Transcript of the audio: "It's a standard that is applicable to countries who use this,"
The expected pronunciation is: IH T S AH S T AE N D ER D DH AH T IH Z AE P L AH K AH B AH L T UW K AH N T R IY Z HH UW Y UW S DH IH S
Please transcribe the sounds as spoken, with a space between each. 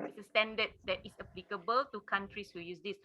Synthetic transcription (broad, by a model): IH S AH S T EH N D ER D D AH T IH S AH P L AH K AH B AH L T UW K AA N T R IY S HH UW Y UW S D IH S